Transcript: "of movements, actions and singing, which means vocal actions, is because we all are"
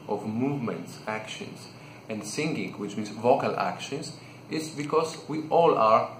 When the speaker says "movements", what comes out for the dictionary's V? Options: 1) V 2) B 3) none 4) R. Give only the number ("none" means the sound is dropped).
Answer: 1